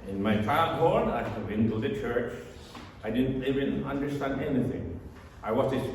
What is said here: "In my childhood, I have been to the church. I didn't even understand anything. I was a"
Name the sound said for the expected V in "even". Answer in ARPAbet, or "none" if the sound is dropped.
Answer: V